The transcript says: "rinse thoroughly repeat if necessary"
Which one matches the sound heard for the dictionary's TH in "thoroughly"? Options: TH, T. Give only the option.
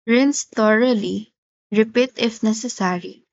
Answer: T